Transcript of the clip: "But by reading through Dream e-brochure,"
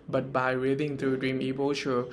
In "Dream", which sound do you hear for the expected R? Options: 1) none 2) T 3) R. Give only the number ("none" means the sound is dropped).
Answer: 3